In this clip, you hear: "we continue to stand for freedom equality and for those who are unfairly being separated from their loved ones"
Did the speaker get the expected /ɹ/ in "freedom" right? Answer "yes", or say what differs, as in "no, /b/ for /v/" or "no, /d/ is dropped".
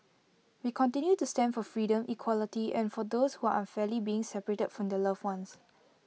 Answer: yes